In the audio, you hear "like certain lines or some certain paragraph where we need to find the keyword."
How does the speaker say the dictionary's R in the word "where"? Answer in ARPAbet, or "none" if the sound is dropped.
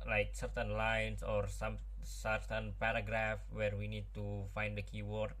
R